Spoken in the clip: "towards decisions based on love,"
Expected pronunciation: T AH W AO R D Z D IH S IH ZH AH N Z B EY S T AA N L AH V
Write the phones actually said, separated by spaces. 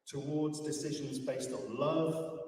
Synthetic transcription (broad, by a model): T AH W AO D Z D IH S IH ZH AH N Z B EY S T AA N L AH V